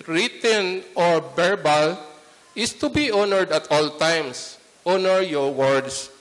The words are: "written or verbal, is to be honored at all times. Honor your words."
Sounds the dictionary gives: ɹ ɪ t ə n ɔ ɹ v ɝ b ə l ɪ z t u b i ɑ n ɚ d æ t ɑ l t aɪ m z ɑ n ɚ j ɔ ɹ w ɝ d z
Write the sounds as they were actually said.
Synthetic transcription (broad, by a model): ɹ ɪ t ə n ɔ ɹ b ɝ b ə l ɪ s t u b i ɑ n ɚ d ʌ t ɑ l t aɪ m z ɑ n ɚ j ɔ ɹ w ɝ d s